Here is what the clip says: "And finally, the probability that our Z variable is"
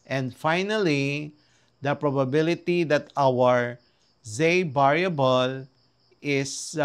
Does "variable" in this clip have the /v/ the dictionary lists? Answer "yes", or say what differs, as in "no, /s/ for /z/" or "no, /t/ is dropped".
no, /b/ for /v/